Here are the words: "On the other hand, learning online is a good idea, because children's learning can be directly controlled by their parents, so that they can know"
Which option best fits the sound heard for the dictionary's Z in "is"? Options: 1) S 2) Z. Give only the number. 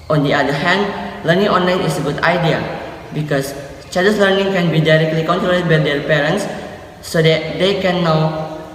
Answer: 1